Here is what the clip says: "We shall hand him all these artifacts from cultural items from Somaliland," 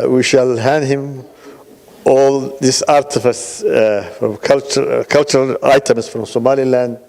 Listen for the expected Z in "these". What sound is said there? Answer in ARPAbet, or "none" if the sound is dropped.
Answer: S